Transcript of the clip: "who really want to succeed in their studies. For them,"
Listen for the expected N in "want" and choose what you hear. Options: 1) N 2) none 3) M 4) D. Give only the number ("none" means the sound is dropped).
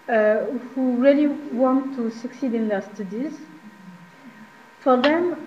1